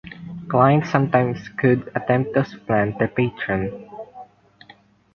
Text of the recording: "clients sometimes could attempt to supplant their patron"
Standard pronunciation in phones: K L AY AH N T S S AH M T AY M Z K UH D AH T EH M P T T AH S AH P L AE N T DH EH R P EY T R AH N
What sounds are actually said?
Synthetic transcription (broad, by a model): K L AY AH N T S S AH M T AY M S K UH D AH T EH M P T T AH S P L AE N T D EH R P EY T R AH N